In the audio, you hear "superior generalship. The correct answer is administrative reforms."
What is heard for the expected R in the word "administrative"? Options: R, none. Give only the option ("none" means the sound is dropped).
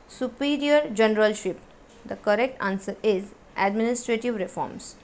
R